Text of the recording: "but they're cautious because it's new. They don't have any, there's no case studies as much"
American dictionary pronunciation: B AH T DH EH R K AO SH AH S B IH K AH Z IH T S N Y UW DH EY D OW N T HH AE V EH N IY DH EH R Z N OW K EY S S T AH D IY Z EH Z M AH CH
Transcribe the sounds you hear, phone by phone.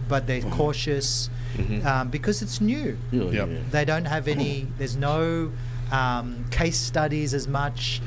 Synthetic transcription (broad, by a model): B AH T DH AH R K AO SH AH S B IH K AH Z IH T S N Y UW DH EY D OW N T HH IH V EH N IY DH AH R Z N OW K EY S S T AH D IY Z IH Z M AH CH